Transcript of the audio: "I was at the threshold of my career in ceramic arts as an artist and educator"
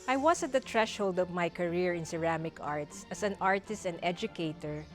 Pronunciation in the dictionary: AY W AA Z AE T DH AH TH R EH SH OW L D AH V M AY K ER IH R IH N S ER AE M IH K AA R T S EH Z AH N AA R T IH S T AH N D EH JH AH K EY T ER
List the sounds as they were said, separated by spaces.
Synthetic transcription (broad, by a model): AY W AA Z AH T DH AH T R EH SH OW L D AH V M AY K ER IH R IH N S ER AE M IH K AA R T S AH S AH N AA R T IH S T AH N D EH JH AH K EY T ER